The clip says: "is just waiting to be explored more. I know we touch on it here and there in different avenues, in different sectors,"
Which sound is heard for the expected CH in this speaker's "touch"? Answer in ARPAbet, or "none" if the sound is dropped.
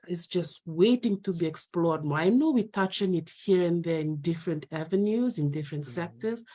CH